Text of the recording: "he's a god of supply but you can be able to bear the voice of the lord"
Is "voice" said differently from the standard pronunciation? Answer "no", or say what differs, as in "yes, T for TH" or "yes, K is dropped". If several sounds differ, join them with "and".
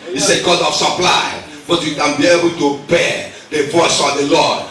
no